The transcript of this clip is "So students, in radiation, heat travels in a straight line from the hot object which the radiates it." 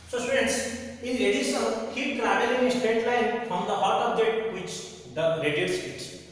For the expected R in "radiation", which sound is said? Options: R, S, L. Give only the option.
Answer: L